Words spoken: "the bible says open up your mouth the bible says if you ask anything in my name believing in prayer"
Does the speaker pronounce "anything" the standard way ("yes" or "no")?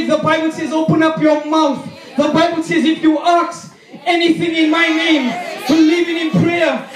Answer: yes